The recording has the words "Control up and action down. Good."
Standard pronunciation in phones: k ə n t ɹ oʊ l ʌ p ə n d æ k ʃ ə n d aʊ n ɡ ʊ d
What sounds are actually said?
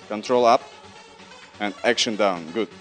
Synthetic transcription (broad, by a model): k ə n t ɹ oʊ l ʌ p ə n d æ k ʃ ə n d aʊ n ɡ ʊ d